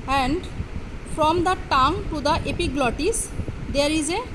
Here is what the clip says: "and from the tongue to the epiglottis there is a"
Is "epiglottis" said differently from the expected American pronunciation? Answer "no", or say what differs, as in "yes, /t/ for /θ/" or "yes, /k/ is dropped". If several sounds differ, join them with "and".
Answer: no